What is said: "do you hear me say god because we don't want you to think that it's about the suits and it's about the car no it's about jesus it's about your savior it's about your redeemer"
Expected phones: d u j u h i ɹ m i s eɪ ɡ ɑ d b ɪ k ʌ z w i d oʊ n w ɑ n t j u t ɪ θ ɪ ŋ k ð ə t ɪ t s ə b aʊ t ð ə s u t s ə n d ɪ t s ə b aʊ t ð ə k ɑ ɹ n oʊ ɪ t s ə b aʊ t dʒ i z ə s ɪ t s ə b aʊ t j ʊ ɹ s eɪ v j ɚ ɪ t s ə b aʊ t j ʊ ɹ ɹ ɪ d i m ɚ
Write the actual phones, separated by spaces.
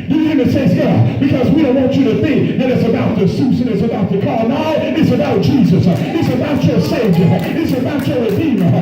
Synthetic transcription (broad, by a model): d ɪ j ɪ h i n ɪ s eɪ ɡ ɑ b ɪ k ʌ z w i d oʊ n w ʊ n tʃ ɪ t ɪ θ ɪ ŋ k ð ə t ɪ t s ə b aʊ t ð ə s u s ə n ɪ t s ə b aʊ t ð ə k ɑ ɹ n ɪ ɪ t s ə b aʊ t dʒ i z ə s ɪ t s ə b aʊ t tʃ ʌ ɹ s eɪ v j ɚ ɪ t s ə b aʊ t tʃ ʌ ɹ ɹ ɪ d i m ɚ